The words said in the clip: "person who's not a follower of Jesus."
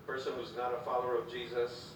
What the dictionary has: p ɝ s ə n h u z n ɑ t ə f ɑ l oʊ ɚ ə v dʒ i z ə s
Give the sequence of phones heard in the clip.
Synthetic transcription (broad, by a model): p ɝ s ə n h u z n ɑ t ə f ɑ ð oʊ ɚ ə v dʒ i z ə s